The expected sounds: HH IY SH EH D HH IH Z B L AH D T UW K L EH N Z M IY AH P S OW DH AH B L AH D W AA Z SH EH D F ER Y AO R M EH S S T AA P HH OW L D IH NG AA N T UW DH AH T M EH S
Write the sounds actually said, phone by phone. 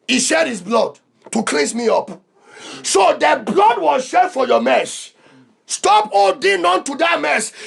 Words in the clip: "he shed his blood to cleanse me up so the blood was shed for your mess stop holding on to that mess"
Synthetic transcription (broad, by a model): HH IY SH EH D HH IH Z B L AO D T UW K L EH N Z M IY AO P S OW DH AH B L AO D W AA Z SH EH D F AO Y AO M EH S S T AA P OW D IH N AA N T UW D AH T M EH S